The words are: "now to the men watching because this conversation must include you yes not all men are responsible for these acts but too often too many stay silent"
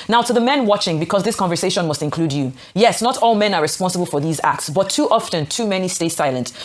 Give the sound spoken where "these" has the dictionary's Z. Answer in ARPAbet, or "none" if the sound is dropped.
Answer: Z